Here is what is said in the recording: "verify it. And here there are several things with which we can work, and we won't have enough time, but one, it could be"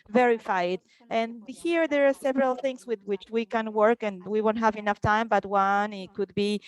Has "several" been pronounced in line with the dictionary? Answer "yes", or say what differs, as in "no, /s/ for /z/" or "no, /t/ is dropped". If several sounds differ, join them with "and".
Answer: yes